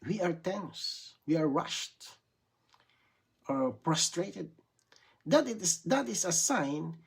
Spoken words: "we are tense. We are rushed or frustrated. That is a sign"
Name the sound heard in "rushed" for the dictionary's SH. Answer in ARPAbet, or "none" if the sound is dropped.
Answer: SH